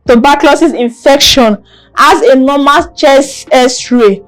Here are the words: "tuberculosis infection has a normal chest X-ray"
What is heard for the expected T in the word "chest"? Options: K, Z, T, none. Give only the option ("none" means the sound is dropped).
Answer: none